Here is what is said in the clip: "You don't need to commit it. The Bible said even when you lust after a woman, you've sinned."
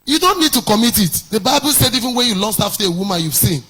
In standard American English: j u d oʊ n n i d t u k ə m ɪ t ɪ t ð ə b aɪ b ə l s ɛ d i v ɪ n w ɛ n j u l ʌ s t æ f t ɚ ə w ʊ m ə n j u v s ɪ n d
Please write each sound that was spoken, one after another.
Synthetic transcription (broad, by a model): j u d oʊ n n i d t u k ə m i t ɪ t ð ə b aɪ b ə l s ɛ d i v ɪ n w ɛ n j u l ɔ s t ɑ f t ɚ ə w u m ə n j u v s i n